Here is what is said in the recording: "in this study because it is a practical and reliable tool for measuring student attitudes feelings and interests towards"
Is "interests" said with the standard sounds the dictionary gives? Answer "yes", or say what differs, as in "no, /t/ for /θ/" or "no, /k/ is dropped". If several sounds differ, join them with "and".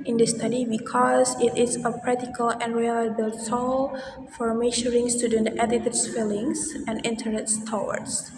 no, /ɹ/ is dropped